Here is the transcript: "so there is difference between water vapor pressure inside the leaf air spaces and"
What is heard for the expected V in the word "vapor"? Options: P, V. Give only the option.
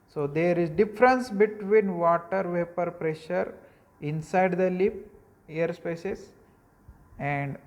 V